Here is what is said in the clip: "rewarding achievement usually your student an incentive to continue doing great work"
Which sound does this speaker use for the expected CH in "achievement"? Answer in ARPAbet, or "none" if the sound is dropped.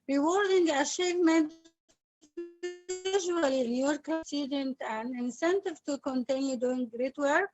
SH